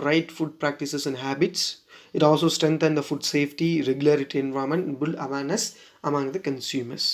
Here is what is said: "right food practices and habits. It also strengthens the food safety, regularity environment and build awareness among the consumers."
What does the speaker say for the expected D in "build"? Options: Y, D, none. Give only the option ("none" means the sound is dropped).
none